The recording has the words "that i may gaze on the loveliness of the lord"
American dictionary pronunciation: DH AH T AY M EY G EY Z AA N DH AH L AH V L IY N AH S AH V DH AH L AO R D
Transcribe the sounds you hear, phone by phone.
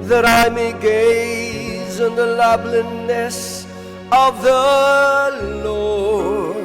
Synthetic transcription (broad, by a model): DH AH T AY M EY G EY Z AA N DH AH L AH B L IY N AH S AH V DH AH L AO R